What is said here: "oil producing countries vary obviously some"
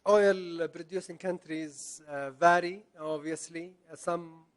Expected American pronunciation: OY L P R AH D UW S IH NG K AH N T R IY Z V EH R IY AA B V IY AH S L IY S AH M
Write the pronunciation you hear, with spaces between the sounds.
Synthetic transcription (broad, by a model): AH L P R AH D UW S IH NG K AH N T R IY Z V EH R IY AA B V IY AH S L IY S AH M